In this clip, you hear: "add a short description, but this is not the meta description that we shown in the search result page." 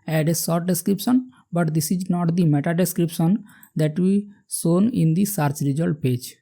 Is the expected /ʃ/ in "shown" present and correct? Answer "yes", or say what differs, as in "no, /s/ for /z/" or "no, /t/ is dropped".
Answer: no, /s/ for /ʃ/